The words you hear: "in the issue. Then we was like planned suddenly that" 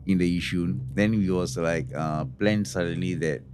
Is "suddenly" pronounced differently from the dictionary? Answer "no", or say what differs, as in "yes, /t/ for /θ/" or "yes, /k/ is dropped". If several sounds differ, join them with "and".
no